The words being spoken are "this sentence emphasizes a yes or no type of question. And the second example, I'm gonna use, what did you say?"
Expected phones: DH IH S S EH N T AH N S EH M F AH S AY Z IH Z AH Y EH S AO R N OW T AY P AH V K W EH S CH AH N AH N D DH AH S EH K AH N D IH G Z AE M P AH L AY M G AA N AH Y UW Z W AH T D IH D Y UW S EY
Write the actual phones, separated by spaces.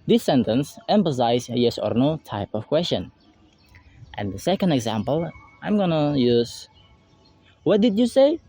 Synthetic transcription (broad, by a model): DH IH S S EH N T AH N S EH M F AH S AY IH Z Y EH S AO R N OW T AY P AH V K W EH S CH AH N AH N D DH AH S EH K AH N D IH G Z AE M P AH L AY M G AA N AH Y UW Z W AH T D IH D Y UW S EY